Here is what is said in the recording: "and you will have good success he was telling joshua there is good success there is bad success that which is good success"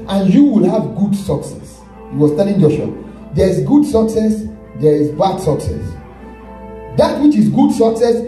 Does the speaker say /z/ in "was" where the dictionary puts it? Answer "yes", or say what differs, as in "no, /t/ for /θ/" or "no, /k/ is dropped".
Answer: no, /s/ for /z/